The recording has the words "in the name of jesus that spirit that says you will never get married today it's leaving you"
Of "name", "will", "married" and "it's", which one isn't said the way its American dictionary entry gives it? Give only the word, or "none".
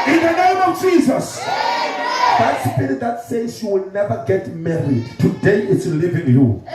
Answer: none